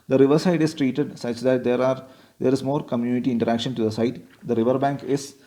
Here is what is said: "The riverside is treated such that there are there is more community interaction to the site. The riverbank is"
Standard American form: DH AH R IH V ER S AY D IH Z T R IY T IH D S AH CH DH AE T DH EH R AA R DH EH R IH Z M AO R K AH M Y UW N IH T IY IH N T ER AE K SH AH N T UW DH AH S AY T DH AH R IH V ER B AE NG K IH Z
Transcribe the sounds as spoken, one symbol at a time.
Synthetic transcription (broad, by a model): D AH R IH V ER S AY D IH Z T R IY T IH D S AH CH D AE T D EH R AA R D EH R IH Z M AO R K AH M Y UW N IH T IY IH N T ER AE K SH AH N T UW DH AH S AY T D AH R IH V ER B AE NG K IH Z